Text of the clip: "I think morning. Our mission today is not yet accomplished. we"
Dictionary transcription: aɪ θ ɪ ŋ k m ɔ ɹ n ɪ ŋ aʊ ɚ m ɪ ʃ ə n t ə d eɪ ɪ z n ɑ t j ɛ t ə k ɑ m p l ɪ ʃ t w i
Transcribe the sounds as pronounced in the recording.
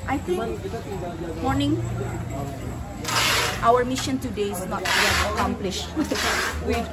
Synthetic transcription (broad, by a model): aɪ t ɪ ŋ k m ɔ ɹ n ɪ ŋ aʊ ɚ m ɪ ʃ ə n t ə d eɪ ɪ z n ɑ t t ə k ɑ m p l ɪ ʃ t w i